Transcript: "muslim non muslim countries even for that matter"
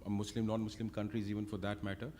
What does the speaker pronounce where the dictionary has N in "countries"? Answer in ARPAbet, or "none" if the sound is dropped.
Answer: N